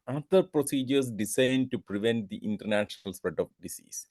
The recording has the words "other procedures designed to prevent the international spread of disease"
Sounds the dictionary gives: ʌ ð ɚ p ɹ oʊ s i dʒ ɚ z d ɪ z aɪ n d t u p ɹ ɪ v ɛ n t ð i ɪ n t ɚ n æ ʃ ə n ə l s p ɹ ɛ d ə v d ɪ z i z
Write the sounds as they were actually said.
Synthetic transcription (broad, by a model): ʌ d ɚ p ɹ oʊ s i dʒ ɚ s d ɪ s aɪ n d t u p ɹ ɪ v ɛ n t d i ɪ n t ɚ n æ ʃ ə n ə l s p ɹ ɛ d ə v d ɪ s i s